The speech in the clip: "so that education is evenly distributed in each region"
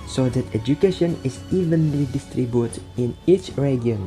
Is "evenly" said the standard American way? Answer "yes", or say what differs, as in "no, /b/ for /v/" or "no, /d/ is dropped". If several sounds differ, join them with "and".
yes